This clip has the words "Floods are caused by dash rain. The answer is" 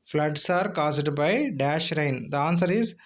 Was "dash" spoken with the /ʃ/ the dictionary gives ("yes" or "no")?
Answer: yes